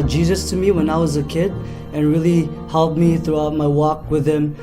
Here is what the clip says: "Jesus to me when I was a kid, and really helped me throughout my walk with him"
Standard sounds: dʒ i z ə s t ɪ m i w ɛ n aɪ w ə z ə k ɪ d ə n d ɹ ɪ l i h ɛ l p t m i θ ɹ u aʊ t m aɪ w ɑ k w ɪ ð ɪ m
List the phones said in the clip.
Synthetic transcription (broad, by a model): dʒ i z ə s t ɪ m i w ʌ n aɪ w ə z ə k ɪ d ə n ɹ ɪ l i h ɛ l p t m i θ ɹ u aʊ t m aɪ w ɑ k w ɪ ð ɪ m